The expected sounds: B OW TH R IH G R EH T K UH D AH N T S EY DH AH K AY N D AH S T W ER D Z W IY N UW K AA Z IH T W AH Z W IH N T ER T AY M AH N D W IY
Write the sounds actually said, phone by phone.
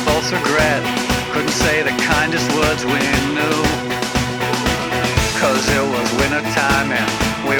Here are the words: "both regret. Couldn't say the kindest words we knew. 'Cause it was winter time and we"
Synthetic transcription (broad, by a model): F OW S R IH G R EH T K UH D N T S EY DH AH K AY N D AH S T W ER D Z W IY N UW K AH Z IH T W AH Z W IH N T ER T AY M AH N W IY